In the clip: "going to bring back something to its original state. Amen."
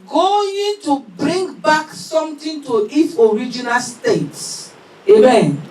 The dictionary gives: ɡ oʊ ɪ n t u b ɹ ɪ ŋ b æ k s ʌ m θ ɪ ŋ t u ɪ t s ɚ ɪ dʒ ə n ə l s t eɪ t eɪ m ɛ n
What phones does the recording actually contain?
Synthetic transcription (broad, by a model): ɡ oʊ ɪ n t u b ɹ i ŋ b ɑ k s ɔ m t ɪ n t u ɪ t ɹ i dʒ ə n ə l s t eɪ t eɪ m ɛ n